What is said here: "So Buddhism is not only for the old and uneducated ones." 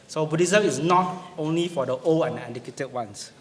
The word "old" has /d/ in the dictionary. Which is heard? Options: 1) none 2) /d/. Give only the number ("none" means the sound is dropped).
1